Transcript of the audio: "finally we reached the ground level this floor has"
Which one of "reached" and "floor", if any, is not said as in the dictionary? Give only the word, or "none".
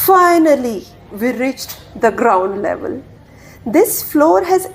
none